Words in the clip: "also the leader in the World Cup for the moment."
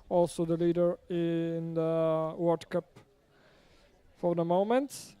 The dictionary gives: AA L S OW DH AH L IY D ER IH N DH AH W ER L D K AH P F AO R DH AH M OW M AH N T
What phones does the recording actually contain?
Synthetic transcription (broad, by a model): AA L S OW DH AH L IY D ER IH N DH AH W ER D K AH P F AO R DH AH M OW M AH N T